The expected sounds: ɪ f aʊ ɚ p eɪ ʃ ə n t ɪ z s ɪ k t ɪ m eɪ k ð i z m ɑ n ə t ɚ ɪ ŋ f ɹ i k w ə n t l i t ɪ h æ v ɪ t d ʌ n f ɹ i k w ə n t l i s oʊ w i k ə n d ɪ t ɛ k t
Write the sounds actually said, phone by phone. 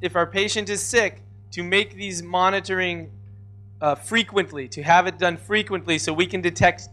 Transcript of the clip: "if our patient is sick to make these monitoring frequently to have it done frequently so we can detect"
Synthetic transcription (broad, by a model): ɪ f aʊ ɚ p eɪ ʃ ə n t ɪ z s ɪ k t ɪ m eɪ k ð i z m ɑ n ə t ɚ ɪ ŋ f ɹ i k w ə n t l i t ɪ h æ v ɪ t d ʌ n f ɹ i k w ə n t l i s oʊ w i k ə n d ɪ t ɛ k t